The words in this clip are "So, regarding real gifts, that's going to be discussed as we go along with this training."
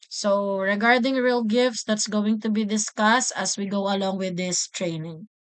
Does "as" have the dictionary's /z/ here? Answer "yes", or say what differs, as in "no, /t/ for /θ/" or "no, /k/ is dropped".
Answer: no, /s/ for /z/